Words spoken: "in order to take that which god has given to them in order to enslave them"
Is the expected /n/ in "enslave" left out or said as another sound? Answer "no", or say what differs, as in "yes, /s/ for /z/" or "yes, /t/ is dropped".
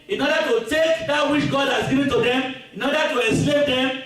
yes, /n/ is dropped